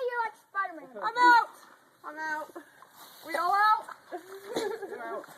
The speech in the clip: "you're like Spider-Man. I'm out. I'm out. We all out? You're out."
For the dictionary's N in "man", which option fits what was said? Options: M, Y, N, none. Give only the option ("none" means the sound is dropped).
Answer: none